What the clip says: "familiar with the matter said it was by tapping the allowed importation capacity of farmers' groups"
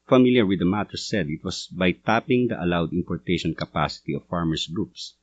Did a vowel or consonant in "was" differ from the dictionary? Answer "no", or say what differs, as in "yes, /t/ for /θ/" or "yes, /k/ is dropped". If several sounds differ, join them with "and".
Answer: yes, /s/ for /z/